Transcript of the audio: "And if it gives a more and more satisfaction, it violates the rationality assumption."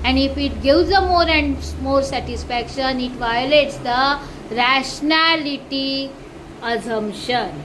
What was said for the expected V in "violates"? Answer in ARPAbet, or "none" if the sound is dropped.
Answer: V